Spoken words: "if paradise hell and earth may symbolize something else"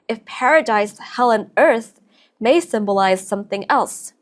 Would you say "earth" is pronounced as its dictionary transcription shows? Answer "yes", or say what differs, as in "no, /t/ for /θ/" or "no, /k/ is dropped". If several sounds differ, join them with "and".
yes